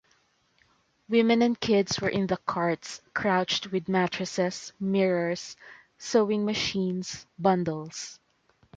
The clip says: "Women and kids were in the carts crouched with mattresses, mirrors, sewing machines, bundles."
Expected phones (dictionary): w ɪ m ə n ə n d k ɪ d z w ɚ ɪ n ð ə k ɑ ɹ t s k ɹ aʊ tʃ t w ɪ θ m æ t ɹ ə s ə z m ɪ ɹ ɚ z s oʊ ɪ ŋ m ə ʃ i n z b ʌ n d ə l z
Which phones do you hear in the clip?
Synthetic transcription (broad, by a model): w ɪ m ə n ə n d k ɪ d s w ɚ ɪ n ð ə k ɑ ɹ t s k ɹ aʊ tʃ t w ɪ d m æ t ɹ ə s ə s m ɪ ɹ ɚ s oʊ ɪ ŋ m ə ʃ i n s b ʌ n d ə l s